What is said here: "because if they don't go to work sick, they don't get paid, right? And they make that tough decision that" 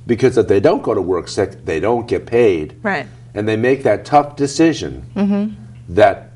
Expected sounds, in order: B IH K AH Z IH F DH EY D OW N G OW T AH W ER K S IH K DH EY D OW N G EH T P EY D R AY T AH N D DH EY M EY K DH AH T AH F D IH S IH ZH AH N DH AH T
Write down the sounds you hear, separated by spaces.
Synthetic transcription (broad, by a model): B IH K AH Z IH F DH EY D OW N G OW T AH W ER K S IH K DH EY D OW N G EH T P EY D R AY T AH N DH EY M EY K DH AH T AH F D IH S IH ZH AH N DH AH T